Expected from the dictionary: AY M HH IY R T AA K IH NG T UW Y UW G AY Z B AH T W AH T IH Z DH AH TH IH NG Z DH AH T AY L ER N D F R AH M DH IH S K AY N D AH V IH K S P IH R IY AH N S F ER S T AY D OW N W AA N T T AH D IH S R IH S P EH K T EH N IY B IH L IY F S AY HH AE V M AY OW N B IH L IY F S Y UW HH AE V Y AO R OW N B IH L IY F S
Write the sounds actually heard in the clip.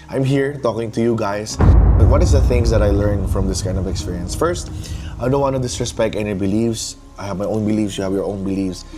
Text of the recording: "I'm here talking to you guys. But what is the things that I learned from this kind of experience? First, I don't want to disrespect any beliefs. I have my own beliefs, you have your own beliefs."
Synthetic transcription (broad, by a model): AY M HH IY R T AA K IH NG T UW Y UW G AY S B AH T W AH T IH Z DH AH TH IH NG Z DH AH T AY L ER N F R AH M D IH S K AY N D AH V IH K S P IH R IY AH N S F ER S T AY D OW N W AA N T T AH D IH S R IH S P EH K T EH N IY B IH L IY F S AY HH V M AY OW N B IH L IY F S Y UW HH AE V Y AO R OW N B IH L IY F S